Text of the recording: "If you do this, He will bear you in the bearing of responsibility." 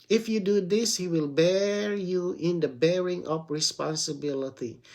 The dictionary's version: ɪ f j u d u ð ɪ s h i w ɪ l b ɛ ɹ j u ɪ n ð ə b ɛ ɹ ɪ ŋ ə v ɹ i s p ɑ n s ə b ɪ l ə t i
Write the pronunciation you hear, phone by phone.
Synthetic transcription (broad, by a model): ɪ f j u d u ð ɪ s h i w ɪ l b ɛ ɹ j u ɪ n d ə b ɛ ɹ ɪ ŋ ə p ɹ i s p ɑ n s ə b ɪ l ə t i